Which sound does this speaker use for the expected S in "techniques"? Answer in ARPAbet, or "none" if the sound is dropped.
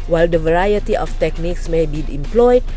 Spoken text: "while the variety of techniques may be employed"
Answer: S